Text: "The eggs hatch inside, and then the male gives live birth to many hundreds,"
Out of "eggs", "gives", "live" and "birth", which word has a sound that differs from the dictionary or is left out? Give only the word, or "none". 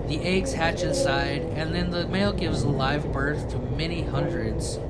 none